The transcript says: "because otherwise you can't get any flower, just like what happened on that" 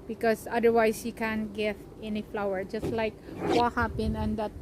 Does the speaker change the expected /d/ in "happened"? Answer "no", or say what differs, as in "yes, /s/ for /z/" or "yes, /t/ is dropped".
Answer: yes, /d/ is dropped